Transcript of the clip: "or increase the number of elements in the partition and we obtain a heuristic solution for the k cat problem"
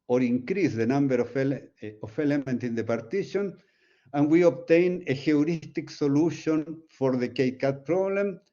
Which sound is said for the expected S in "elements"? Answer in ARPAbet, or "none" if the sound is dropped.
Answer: none